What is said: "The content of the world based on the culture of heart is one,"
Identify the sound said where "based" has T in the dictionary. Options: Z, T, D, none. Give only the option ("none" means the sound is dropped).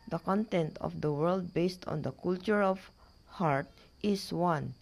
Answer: T